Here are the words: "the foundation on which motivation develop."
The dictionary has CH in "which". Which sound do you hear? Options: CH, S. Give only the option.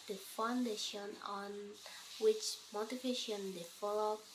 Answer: CH